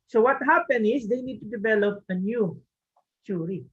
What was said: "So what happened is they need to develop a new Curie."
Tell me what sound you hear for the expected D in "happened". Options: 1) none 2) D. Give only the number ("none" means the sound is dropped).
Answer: 1